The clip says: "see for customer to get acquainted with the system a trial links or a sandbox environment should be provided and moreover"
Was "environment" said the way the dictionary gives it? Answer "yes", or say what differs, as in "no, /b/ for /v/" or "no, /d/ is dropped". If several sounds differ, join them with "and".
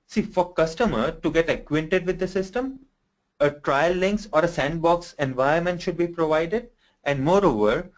no, /ɹ/ is dropped